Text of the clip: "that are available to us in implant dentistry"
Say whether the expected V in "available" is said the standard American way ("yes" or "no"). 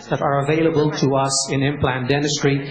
yes